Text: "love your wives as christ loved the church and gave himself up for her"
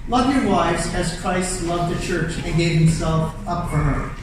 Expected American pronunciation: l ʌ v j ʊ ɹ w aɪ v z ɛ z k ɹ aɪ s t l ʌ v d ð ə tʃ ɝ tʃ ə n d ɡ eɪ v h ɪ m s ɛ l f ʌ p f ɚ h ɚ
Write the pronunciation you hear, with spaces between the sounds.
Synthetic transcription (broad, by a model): l ʌ v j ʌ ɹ w aɪ v z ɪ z k ɹ aɪ s t l ʌ v d ð ə tʃ ɝ tʃ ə n ɡ eɪ v h ɪ m s ɛ l f ʌ p f ɚ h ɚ